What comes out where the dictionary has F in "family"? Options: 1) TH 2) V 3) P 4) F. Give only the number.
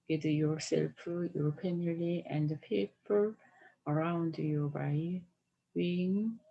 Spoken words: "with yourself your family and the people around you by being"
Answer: 3